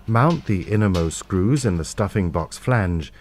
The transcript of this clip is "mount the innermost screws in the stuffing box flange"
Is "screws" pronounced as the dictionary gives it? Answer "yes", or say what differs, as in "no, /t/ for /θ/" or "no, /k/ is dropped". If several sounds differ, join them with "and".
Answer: yes